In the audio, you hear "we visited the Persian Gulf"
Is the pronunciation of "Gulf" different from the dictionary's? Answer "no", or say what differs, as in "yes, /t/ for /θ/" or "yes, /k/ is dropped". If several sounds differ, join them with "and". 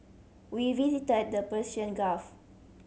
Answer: yes, /l/ is dropped